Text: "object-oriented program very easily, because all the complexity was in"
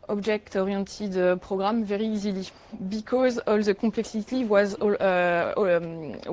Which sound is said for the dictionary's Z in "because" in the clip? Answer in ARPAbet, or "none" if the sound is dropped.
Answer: Z